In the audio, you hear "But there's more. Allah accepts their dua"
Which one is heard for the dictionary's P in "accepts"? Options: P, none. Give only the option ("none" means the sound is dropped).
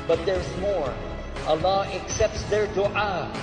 P